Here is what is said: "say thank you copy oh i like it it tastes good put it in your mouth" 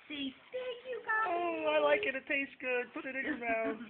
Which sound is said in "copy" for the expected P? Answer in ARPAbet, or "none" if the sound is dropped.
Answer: none